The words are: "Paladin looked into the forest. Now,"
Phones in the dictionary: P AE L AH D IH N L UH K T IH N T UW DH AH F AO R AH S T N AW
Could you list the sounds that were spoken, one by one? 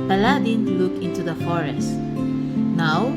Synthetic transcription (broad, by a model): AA L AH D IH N L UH K IH N T UW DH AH F AO R AH S T N AW